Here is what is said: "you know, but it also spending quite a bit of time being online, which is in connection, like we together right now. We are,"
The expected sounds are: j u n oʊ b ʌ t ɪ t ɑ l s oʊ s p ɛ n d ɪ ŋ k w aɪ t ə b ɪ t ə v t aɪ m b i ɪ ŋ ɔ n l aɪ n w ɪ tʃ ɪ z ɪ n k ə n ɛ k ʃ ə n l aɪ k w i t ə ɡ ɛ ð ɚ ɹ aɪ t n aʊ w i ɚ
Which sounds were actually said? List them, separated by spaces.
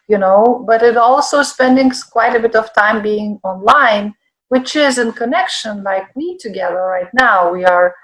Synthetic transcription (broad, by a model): j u n oʊ b ʌ t ɪ t ɑ l s oʊ s p ɛ n d ɪ ŋ k w aɪ t ə b ɪ t ə v t aɪ m b i ɪ ŋ ɔ n l aɪ n w ɪ tʃ ɪ z ɪ n k ə n ɛ k ʃ ə n l aɪ k w i t ə ɡ ɛ ð ɚ ɹ aɪ t n aʊ w i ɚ